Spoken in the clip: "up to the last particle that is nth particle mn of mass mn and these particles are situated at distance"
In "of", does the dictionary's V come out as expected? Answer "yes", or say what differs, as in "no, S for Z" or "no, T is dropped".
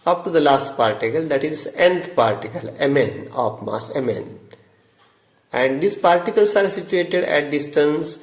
no, P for V